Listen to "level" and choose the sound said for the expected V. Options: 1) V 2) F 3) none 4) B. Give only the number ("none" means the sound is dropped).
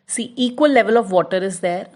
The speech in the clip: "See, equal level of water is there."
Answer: 1